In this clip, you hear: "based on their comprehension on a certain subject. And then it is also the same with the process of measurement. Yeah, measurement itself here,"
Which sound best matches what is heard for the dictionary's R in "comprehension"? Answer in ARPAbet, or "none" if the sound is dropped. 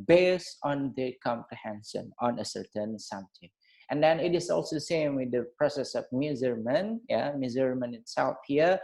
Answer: none